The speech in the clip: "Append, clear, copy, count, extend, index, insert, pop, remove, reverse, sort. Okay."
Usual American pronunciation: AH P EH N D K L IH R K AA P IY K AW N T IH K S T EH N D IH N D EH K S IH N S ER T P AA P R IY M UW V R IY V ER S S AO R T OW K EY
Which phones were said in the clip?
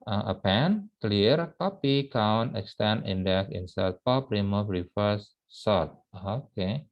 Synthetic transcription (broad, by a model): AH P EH N K L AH R K AA P IY K AW N T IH K S T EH N IH N D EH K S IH N S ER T P AA P R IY M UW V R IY F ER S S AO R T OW K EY